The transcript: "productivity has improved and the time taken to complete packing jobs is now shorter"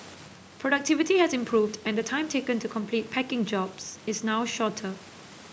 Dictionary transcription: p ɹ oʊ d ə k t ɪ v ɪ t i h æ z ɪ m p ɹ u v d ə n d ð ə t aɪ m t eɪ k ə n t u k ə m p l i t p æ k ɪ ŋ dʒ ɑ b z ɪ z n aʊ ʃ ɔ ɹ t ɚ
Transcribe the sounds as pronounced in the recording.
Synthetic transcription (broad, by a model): p ɹ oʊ d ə k t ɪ v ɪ t i h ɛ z ɪ m p ɹ u v d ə n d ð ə t aɪ m t eɪ k ə n t u k ə m p l i t p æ k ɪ ŋ dʒ ɑ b s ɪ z n aʊ ʃ ɔ t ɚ